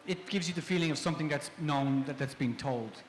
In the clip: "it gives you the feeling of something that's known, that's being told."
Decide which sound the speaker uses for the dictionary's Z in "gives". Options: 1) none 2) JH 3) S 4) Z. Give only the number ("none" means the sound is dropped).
4